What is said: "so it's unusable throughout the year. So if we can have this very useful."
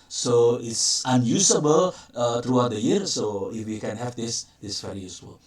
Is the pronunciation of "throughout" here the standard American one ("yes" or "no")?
no